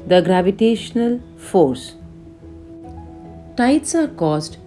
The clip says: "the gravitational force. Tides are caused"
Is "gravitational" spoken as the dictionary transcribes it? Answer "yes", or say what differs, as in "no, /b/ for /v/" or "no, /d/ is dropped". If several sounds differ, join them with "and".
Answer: yes